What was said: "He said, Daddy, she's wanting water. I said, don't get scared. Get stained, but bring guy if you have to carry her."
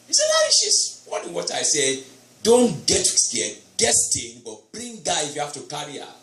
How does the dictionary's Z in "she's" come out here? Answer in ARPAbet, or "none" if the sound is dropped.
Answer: S